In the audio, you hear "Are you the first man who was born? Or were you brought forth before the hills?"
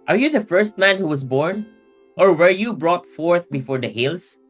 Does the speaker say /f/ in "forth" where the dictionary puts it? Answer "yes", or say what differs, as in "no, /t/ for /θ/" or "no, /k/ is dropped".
yes